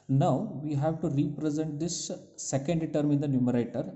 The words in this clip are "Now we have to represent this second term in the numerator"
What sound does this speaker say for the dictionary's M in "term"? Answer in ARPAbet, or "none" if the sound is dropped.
M